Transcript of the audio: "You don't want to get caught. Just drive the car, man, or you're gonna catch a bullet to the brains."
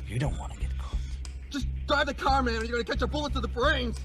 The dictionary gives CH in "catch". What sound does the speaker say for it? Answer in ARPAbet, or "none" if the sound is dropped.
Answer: CH